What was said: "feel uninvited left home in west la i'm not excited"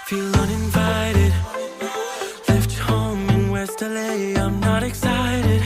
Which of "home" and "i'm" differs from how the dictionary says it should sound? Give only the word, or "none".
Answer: home